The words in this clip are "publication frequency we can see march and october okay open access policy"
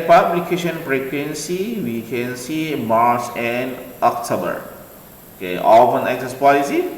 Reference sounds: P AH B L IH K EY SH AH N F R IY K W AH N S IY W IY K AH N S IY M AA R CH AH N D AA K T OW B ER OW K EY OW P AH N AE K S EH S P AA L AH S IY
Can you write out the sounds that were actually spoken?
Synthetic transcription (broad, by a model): P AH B L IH K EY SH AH N P R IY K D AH N S IY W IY K AH N S IY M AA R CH AH N D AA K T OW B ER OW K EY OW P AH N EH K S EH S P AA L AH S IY